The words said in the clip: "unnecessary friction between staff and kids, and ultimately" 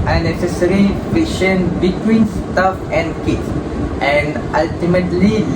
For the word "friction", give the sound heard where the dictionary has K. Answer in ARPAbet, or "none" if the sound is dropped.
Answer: none